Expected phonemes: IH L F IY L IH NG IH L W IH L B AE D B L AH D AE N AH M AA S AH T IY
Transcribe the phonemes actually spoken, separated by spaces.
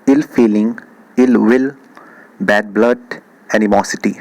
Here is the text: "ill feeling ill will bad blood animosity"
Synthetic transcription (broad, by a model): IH L F IY L IH NG IH L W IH L B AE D B L AH D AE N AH M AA S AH T IY